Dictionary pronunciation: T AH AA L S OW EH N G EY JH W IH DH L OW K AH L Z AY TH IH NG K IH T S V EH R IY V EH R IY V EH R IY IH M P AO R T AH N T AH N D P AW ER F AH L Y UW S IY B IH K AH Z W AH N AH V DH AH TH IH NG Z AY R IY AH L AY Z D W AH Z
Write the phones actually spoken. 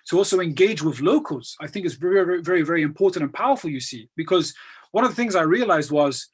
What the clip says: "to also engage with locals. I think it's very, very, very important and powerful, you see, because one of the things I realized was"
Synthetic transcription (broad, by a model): T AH AA L S OW EH N G EY JH W IH DH L OW K AH L Z AY TH IH NG K IH T S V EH R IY V EH R IY V EH R IY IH M P AO R T N T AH N P AW ER F AH L Y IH S IY B IH K AH Z W AH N AH V DH AH TH IH NG Z AY R IY AH L AY Z D W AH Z